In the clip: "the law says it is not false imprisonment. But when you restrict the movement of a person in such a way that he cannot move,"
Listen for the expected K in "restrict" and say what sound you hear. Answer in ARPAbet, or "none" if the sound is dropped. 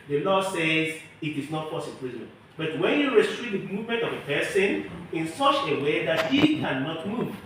none